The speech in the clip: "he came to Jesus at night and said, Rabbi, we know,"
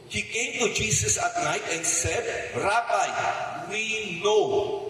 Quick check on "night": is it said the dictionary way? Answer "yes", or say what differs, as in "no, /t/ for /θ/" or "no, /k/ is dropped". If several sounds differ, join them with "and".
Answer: yes